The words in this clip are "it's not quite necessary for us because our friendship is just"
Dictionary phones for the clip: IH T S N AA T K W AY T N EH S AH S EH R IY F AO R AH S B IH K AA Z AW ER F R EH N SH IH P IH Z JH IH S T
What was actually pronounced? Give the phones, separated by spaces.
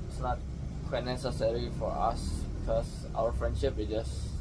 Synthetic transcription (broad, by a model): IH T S N AA T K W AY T N EH S AH S EH R IY F AO R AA S B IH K AA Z AW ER F R EH N SH IH P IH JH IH S